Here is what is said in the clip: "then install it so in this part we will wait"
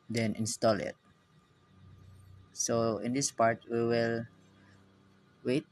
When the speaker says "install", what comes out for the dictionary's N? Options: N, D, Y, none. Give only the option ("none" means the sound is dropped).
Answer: N